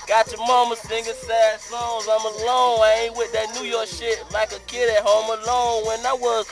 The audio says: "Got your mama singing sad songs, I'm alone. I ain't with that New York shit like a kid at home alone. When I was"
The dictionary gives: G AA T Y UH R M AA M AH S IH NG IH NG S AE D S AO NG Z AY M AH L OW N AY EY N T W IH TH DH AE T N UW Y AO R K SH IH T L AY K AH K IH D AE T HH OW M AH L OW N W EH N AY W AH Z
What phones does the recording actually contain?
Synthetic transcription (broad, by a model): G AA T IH M AA M AH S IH NG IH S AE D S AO Z AY M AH L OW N AY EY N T W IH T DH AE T N UW Y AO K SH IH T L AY K AH K IH D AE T HH OW M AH L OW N W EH N AY W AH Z